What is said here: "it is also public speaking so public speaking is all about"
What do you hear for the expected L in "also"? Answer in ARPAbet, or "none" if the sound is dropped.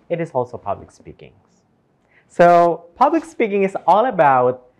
L